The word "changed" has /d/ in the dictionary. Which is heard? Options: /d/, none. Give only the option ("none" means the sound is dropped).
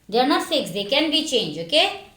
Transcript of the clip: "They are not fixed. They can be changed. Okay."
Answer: none